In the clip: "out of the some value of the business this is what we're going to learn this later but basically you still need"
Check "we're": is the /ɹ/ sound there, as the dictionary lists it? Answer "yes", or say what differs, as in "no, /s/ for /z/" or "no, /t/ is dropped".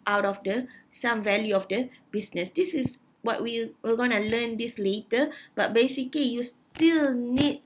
no, /l/ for /ɹ/